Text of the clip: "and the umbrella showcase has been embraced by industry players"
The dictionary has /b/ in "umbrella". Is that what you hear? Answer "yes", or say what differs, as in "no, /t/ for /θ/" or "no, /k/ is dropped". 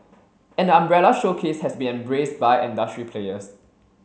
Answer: yes